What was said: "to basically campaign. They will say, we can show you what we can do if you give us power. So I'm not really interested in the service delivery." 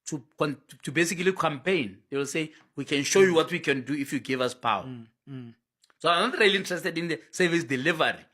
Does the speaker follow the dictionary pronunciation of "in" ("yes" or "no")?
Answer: yes